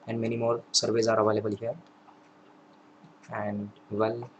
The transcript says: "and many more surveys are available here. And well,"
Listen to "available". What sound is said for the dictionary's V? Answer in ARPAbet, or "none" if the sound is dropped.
B